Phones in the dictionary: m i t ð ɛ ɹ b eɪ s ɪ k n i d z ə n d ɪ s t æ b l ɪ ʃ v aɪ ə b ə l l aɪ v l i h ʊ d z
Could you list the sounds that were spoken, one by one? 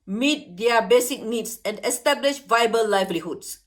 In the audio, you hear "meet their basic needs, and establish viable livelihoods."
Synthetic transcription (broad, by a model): m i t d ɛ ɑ b eɪ s ɪ k n i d s ə n d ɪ s t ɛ b l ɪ ʃ v aɪ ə b ə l l aɪ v l i h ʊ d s